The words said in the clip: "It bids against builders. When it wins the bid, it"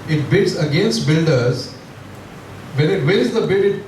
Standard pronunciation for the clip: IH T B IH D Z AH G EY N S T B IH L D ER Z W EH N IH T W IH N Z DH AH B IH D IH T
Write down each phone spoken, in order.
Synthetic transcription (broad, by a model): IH T B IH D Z AH G EY N S T B IH L D ER Z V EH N IH T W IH Z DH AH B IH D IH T